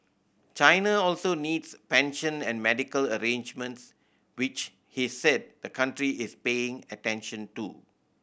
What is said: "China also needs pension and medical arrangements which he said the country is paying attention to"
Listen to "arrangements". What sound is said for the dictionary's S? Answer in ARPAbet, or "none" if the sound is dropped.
S